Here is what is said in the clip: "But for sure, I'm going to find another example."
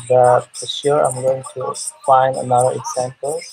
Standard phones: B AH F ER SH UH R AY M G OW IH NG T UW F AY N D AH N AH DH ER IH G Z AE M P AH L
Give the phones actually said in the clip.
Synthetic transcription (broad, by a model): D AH P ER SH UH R AY M G OW IH NG T UW F AY N D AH N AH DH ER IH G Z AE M P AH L